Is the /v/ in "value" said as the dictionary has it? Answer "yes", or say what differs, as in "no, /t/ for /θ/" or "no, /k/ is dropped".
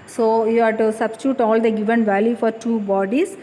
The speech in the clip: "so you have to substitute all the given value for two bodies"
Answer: yes